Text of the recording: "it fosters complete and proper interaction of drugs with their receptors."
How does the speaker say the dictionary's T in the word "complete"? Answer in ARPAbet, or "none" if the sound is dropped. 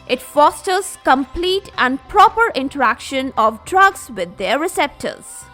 T